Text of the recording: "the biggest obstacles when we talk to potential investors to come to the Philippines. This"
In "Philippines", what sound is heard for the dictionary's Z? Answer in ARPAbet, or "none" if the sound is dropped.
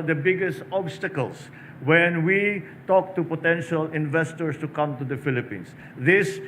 S